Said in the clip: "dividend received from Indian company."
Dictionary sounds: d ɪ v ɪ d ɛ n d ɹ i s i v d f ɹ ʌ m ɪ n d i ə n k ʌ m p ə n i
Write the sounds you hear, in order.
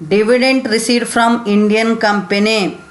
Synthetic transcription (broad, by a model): d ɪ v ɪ d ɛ n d ɹ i s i d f ɹ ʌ m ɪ n d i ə n k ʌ m p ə n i